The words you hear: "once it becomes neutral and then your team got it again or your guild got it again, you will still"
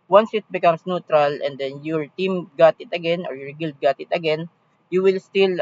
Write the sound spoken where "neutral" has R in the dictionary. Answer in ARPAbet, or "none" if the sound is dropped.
R